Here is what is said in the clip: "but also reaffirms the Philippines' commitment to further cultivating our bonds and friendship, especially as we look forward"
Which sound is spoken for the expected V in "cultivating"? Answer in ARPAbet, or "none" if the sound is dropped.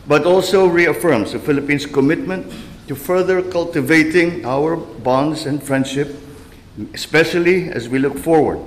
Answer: V